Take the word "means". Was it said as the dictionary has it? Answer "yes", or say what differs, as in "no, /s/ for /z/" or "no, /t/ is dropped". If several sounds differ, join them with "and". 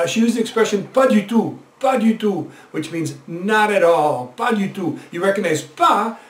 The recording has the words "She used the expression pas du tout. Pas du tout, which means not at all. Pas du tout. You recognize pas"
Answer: yes